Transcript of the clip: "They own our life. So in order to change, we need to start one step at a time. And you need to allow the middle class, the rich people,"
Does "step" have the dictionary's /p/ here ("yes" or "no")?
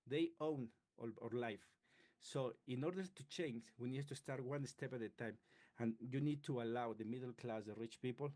yes